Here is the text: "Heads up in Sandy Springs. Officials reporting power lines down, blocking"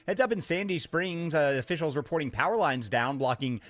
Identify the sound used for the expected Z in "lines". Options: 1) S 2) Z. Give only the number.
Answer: 2